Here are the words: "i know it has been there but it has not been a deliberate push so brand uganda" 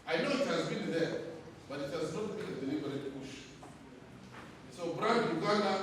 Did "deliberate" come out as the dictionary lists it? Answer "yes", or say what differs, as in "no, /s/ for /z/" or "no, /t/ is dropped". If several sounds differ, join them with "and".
no, /n/ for /l/